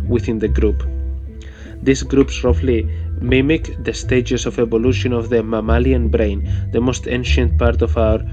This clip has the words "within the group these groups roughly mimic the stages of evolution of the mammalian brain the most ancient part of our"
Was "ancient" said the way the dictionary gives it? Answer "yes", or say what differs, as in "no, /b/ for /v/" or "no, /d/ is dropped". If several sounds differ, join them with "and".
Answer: yes